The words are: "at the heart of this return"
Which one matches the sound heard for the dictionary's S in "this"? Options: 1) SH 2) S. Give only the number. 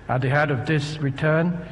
2